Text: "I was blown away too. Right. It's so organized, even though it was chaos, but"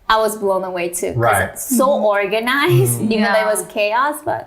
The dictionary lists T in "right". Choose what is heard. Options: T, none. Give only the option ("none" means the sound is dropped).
none